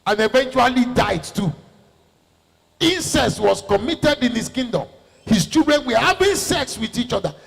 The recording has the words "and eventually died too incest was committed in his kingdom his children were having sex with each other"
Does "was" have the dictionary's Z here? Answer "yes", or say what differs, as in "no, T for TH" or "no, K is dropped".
no, S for Z